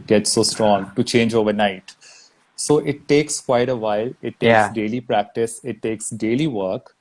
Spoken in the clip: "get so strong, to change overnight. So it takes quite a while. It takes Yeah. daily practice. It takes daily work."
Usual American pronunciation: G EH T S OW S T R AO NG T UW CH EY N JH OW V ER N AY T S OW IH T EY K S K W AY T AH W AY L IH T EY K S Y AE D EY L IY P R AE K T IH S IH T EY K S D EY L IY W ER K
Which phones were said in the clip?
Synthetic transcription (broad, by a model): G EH T S OW S T R AO NG T UW CH EY N JH OW V ER N AY T S OW IH T EY K S K W AY T AH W AY L IH T EY K S D EY L IY P R AE K T IH S IH T EY K S D EY L IY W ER K